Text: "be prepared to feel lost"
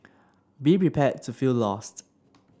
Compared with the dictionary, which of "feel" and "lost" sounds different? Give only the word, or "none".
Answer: none